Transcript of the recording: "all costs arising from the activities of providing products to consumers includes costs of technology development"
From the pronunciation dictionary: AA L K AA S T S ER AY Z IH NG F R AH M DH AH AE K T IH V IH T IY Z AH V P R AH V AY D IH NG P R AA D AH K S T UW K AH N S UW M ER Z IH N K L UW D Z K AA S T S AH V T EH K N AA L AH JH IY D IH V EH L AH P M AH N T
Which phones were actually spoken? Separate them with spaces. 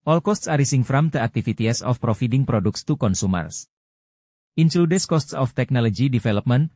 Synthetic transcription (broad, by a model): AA L K AA S T S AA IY S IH NG F R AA M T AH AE K T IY F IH T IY S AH F P R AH F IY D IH NG P R AA D AH K S T UW K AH N S UW M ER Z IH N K L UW D S K AA S T S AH F T EH K N AA L AH JH IY D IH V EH L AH P M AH N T